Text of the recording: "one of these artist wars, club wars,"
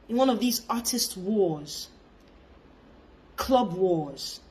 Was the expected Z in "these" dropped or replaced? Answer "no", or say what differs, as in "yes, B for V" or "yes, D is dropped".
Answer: no